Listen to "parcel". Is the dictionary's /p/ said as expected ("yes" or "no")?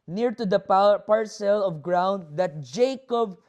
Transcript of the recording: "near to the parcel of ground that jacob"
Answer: yes